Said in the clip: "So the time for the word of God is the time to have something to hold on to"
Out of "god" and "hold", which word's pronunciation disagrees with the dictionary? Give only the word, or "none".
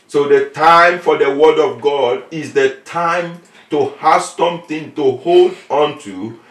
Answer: none